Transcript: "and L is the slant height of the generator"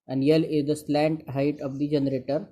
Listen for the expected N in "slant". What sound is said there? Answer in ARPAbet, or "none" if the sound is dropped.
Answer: N